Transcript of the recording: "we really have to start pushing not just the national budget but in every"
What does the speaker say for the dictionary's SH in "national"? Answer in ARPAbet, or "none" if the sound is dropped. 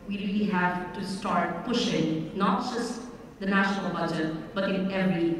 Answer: SH